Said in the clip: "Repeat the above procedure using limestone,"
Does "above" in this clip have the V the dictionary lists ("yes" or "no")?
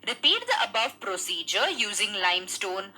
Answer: yes